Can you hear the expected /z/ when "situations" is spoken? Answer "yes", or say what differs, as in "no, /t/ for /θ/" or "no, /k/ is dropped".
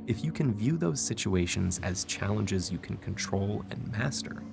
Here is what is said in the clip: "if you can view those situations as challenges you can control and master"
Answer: yes